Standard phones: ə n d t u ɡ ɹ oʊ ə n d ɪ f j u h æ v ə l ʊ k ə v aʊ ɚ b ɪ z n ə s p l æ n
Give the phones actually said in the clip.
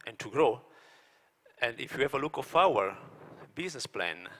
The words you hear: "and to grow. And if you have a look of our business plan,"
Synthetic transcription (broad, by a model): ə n t u ɡ ɹ oʊ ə n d ɪ f j u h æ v ə l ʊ k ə f aʊ ɚ b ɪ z n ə s p l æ n